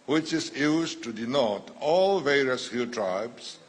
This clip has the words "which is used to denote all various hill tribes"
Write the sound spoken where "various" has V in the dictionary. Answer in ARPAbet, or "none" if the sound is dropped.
V